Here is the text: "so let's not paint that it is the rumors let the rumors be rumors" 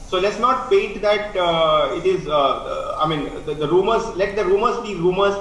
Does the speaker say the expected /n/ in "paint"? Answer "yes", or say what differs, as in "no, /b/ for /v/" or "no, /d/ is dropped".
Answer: no, /n/ is dropped